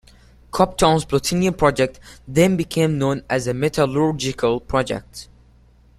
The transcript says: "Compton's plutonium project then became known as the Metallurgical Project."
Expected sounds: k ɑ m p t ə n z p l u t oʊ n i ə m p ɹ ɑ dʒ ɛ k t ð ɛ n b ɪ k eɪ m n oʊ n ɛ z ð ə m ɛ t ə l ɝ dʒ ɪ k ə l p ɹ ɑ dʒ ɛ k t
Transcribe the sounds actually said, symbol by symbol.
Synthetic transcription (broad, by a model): k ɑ p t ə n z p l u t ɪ n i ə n p ɹ ɑ dʒ ɛ k t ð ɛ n b ɪ k eɪ m n oʊ n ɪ z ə m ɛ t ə l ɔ dʒ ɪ k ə l p ɹ ɑ dʒ ɛ k t